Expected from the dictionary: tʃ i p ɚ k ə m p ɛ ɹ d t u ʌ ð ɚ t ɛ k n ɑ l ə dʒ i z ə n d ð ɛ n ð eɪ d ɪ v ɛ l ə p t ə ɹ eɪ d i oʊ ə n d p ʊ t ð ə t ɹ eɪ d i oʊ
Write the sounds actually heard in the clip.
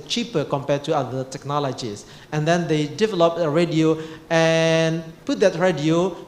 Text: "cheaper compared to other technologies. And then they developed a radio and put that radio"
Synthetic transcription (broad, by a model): tʃ i p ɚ k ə m p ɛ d t u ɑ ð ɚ t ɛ k n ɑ l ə dʒ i s ə n d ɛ n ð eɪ d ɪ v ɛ l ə p ə ɹ eɪ d i oʊ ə n p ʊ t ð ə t ɹ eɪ d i oʊ